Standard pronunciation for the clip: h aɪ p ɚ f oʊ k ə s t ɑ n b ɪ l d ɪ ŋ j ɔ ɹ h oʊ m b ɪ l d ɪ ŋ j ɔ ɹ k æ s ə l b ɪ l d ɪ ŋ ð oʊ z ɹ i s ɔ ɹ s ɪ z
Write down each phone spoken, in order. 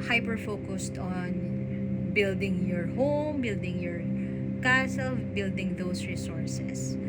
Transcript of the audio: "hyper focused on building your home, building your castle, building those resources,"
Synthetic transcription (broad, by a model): h aɪ p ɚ f oʊ k ə s t ɑ n b ɪ l d ɪ ŋ j ɔ ɹ h oʊ m b ɪ l d ɪ ŋ j ɔ ɹ k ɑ s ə l b ɪ l d ɪ ŋ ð oʊ s ɹ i s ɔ ɹ s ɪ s